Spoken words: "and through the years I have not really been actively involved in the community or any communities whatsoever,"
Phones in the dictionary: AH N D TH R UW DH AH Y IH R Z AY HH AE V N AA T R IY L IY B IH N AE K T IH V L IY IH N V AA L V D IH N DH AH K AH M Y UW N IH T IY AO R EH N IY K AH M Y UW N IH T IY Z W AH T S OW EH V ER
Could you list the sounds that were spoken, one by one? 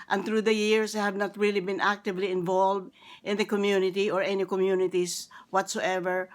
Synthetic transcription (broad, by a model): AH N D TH R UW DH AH Y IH R S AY HH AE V N AA T R IY L IY B IH N AE K T IH V L IY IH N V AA L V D IH N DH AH K AH M Y UW N IH T IY AO R EH N IY K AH M Y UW N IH T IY S W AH T S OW EH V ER